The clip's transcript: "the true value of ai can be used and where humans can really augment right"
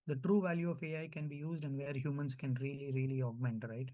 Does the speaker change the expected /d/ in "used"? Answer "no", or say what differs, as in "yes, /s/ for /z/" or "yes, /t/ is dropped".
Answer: no